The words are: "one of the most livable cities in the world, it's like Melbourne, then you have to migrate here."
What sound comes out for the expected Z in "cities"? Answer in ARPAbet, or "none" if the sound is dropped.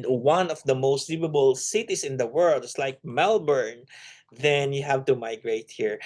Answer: S